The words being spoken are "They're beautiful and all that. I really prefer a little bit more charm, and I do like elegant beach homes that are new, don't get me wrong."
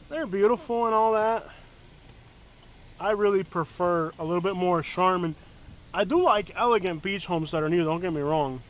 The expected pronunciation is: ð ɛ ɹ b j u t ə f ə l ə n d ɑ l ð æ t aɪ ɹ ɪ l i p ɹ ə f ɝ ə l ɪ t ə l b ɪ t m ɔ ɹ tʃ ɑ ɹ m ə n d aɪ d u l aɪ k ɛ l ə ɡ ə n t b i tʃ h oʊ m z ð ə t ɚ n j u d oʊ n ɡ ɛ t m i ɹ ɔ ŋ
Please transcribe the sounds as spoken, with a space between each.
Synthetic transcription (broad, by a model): ð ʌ ɹ b j u t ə f l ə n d ɑ l ð æ t aɪ ɹ ɪ l i p ɹ ə f ɝ ə l ɪ t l b ɪ t m ɔ ɹ ʃ ɑ ɹ m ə n aɪ d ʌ l aɪ k ɛ l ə ɡ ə n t b i tʃ h oʊ m z ð ə t ɚ n j u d oʊ n ɡ ɛ t m i ɹ ɔ ŋ